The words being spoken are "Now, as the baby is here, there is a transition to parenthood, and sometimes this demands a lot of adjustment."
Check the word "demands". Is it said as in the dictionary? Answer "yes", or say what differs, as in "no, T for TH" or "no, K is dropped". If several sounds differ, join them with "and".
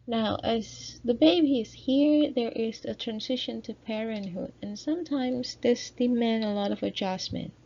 no, Z is dropped